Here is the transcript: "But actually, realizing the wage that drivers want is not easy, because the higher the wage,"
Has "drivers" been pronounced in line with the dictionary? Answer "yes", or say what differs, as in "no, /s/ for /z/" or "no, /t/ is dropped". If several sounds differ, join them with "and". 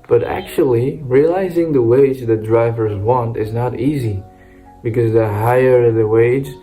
yes